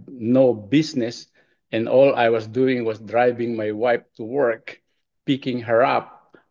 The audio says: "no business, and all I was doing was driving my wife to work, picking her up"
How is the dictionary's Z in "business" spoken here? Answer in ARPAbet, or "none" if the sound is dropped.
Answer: S